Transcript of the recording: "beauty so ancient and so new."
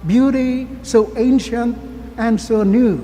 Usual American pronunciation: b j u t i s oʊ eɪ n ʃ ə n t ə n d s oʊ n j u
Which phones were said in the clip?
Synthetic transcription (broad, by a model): b j u t i s oʊ eɪ n ʃ ə n t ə n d s oʊ n j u